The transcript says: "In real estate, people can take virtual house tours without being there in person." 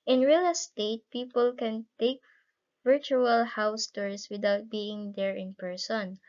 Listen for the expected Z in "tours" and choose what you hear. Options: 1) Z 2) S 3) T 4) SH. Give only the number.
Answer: 2